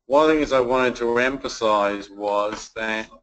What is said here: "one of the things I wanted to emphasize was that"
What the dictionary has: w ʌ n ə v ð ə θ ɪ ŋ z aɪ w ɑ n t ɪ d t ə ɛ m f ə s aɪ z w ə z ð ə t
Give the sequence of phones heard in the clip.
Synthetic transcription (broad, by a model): w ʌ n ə ð ə θ ɪ ŋ z aɪ w ɑ n t ɪ d t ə ɛ m f ə s aɪ z w ə z ð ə t